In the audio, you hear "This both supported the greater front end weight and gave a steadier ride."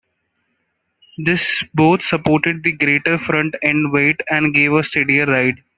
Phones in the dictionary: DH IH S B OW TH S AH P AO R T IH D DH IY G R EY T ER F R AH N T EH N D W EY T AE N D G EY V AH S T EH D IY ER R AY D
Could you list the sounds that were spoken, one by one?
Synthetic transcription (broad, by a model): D IH S B OW T S AH P AO R T IH D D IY G R EY T ER F R AH N T EH N D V EY T AE N D G EY V AH S T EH D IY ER R AY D